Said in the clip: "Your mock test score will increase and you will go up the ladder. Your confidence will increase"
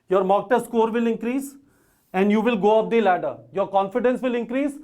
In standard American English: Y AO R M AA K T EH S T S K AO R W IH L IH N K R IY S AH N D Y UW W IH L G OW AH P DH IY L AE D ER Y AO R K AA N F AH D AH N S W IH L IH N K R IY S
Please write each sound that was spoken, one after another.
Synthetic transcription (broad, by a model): Y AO R M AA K T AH T S K AO R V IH L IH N K R IY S AH N D Y UW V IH L G OW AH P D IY L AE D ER Y AO R K AA N F AH D AH N S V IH L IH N K R IY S